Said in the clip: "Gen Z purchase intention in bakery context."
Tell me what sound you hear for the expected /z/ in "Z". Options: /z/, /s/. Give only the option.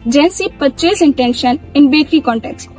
/s/